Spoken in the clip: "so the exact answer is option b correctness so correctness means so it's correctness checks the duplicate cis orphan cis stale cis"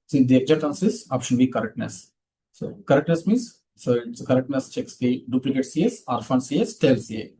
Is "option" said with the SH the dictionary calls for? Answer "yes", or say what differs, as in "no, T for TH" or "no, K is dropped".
yes